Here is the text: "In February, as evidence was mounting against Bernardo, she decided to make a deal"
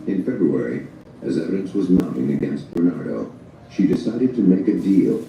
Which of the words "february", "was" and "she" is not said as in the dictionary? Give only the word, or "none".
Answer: none